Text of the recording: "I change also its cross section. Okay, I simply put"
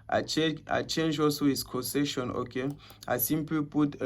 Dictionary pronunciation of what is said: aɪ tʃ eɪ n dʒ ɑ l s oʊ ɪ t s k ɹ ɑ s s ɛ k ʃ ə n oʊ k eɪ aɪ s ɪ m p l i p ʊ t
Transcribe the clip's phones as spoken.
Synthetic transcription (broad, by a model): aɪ tʃ eɪ n dʒ ɑ l s oʊ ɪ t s k ɑ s s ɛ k ʃ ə n oʊ k eɪ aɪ s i m p l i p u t